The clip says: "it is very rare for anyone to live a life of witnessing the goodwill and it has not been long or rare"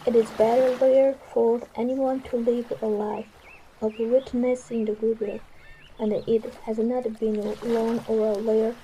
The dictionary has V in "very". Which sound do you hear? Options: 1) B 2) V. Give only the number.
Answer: 1